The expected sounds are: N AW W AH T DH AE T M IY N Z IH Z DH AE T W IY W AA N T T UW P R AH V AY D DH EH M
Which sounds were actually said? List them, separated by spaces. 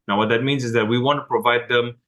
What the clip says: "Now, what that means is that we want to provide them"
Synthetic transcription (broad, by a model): N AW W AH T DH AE T M IY N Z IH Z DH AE T W IY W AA N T T UW P R AH V AY D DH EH M